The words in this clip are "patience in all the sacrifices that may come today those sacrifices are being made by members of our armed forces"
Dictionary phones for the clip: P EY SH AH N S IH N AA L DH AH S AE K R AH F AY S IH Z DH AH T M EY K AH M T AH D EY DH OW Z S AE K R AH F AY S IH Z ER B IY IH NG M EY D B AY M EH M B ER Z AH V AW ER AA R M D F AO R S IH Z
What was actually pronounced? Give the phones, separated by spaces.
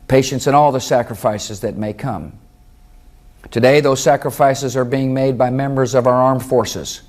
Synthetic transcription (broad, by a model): P EY SH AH N S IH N AA L DH AH S AE K R AH F AY S IH Z DH AH T M EY K AH M T AH D EY DH OW Z S AE K R AH F AY S IH Z ER B IY IH NG M EY D B AY M EH M B ER Z AH V AW ER AA R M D F AO R S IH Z